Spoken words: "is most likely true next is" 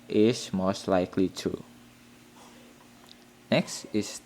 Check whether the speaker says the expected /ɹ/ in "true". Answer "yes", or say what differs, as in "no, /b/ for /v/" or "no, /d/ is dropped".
no, /ɹ/ is dropped